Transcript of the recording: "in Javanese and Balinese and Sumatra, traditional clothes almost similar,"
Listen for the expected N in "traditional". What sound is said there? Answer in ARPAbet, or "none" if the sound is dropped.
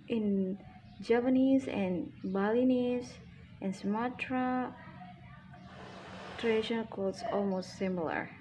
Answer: none